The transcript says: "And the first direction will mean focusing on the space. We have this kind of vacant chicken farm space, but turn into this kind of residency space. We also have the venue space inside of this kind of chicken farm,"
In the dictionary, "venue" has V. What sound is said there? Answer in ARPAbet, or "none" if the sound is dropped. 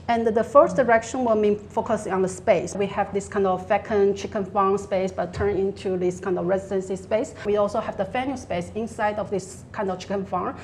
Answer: F